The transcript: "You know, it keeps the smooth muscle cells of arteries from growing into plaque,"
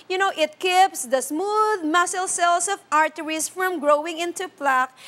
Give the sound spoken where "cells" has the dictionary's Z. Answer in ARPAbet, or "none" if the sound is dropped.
S